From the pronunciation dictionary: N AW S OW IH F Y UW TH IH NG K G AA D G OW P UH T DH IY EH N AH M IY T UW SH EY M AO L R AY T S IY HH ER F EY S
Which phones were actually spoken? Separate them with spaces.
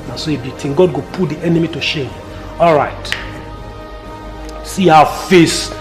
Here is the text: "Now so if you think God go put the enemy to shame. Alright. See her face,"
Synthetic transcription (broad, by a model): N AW S OW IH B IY T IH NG G AA D G OW P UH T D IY EH N AH M IY T UW SH EY M AO L R AY T S IY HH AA F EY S